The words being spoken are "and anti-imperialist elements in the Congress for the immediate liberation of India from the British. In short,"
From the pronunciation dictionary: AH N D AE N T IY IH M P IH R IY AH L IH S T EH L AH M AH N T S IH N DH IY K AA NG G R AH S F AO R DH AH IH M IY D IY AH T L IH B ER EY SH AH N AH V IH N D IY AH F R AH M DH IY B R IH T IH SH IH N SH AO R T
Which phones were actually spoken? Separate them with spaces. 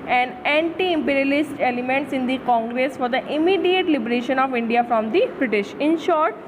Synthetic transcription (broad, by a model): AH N D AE N T IY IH M P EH R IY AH L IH S T EH L AH M AH N T S IH N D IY K AA NG G R AH S F AO R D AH IH M IY D IY AH T L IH B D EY SH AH N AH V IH N D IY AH F R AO M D IY B R IH T IH SH IH N SH AO R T